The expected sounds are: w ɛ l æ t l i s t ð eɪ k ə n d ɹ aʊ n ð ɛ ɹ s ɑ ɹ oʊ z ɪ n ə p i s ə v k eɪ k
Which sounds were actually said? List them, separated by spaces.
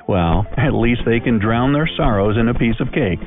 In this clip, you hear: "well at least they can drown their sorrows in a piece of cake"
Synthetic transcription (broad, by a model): w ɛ l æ t l i s t ð eɪ k ə n d ɹ aʊ n ð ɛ ɹ s ɑ ɹ oʊ z ɪ n ə p i s ə v k eɪ k